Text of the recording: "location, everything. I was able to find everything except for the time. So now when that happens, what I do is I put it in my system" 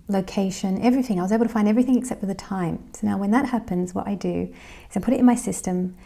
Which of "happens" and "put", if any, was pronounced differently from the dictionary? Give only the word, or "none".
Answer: none